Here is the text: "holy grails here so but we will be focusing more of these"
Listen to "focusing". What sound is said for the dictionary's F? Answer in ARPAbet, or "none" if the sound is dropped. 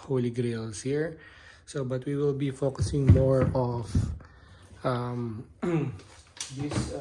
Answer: F